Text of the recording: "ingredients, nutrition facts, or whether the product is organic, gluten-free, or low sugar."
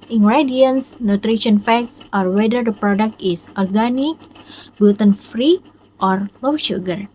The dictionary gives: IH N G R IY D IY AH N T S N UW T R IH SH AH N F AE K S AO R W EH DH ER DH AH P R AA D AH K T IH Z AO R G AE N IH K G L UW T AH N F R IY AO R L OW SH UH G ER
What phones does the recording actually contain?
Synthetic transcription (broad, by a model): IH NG G R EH D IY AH N S N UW T R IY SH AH N F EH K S AO R W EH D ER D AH P R AA D AH K T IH S AO R G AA N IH K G UW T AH N F R IY AO R L OW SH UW G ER